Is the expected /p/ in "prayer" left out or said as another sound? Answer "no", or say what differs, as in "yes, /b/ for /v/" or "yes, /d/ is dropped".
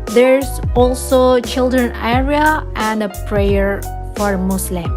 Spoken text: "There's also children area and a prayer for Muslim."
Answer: no